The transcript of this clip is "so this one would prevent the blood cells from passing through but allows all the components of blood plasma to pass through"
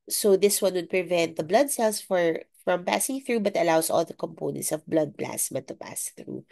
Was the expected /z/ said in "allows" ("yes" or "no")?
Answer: no